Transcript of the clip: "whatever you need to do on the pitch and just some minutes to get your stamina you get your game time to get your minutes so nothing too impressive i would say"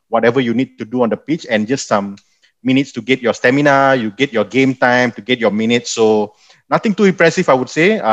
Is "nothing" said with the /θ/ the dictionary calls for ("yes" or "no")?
no